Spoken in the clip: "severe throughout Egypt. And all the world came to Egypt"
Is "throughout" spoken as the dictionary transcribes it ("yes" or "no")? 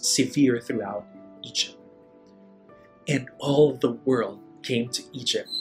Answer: yes